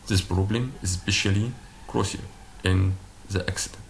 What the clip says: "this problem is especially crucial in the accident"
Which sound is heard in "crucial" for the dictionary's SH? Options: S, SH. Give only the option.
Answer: S